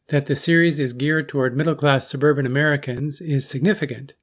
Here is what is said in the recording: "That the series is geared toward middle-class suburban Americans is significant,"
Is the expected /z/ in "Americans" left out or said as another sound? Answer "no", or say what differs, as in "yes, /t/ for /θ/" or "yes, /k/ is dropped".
no